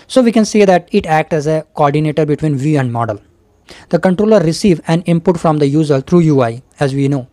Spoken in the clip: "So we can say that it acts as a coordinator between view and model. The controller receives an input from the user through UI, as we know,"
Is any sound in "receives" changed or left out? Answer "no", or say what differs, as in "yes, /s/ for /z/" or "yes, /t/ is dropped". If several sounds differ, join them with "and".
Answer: yes, /z/ is dropped